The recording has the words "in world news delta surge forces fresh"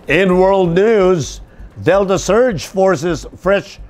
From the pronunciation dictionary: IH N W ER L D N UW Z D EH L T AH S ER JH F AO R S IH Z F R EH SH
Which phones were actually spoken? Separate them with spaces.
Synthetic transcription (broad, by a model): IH N W ER L D N UW Z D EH L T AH S ER JH F AO R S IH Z F R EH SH